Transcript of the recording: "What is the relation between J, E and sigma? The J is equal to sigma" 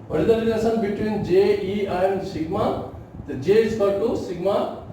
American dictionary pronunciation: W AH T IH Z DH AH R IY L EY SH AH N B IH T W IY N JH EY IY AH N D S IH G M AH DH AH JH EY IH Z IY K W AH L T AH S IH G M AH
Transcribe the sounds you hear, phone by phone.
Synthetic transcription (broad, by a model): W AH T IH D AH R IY N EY S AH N B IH T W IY N JH EY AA AH N D S IH G M AH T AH JH EY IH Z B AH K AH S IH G M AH